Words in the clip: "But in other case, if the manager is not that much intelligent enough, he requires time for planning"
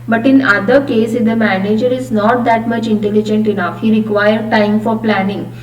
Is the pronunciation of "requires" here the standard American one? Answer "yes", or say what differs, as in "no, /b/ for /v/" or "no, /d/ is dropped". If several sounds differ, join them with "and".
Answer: no, /z/ is dropped